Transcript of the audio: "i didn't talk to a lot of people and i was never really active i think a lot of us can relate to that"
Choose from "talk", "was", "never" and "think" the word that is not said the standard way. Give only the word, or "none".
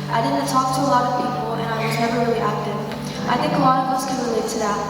none